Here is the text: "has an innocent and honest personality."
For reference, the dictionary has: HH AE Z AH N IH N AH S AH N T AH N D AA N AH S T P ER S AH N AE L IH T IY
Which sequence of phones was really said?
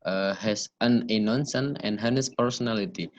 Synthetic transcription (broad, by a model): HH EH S AH N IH N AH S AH N AH N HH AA N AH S P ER S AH N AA L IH T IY